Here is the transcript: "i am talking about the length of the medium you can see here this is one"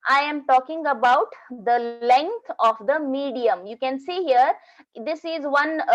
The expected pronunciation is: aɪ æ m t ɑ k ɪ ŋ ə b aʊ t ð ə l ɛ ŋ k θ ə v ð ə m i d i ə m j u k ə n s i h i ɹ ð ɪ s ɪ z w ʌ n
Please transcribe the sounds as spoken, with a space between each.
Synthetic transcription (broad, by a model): aɪ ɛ m t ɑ k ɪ ŋ ə b aʊ t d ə l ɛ ŋ k t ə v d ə m i d i ə m j u k ə n s i h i ɹ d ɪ s ɪ z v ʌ n